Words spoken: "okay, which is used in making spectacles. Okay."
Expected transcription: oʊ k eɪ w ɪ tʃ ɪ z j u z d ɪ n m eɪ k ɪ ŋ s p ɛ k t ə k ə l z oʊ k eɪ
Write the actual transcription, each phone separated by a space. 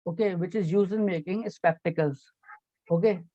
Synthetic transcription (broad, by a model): oʊ k eɪ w ɪ tʃ ɪ z j u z ɪ n m eɪ k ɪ ŋ s p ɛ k t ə k ə l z oʊ k eɪ